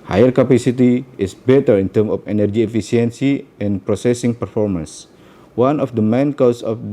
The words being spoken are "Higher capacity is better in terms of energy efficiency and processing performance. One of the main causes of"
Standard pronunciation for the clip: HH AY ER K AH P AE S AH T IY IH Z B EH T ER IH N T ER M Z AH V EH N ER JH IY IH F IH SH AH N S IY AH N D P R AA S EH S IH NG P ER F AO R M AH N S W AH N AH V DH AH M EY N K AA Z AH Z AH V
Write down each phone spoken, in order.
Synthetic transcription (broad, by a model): HH AY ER K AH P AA S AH T IY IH S B EH T ER IH N T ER M AH F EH N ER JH IY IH F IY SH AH N S IY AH N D P R AA S EH S IH NG P ER F AO R M AH N S W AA N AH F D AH M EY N K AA S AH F